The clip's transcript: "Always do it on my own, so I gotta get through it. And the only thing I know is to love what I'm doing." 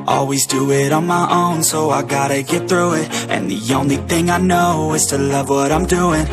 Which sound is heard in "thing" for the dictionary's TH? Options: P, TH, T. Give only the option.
TH